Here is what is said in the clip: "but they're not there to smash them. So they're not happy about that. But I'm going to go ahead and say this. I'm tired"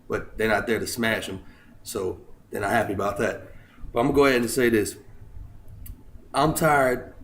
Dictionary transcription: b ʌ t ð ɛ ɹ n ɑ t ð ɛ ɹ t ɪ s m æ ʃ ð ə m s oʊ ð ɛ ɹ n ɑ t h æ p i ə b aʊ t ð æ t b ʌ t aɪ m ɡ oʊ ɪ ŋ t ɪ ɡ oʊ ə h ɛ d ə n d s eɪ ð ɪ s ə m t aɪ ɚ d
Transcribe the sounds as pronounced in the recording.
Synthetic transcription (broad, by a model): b ʌ t ð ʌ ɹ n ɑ t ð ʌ ɹ t ɪ s m æ ʃ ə m s oʊ ð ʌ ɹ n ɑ t h æ p i ə b aʊ t ð æ t b ʌ t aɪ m ɡ oʊ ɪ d t ɪ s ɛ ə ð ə s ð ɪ ə m t aɪ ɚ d